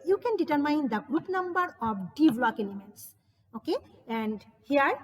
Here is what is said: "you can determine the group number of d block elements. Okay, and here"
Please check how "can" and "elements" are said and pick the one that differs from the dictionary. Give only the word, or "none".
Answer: none